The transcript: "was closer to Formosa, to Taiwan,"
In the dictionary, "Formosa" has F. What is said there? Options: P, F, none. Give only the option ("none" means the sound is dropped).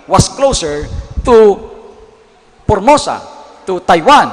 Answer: P